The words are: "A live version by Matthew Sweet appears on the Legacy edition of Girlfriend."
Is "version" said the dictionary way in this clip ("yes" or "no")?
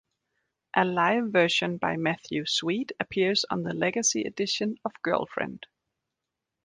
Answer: no